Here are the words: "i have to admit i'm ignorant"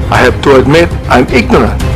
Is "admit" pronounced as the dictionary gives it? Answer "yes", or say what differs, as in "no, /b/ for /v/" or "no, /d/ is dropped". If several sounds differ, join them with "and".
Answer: yes